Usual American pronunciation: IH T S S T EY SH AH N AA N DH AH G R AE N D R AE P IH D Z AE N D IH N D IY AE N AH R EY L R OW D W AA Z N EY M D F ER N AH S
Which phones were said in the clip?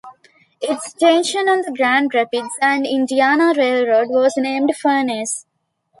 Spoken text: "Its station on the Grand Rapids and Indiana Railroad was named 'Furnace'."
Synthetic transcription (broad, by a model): IH T S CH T EY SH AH N AA N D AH G R AE N D R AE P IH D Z AE N D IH N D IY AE N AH R EY L R OW D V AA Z N EY M D F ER N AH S